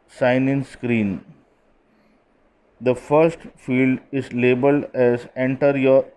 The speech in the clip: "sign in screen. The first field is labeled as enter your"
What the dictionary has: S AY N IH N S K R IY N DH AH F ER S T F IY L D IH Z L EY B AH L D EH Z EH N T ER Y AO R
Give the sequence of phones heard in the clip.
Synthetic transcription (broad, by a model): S AY N IH N S K R IY N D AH F ER S T F IY L D IH Z L EY B AH L D EH Z EH N T ER Y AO R